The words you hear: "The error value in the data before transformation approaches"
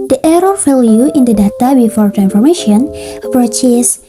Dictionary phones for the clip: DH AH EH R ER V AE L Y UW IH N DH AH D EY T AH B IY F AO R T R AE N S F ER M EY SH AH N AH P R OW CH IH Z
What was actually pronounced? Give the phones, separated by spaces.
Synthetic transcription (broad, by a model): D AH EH R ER F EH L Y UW IH N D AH D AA T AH B IY F AO R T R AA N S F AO M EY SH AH N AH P R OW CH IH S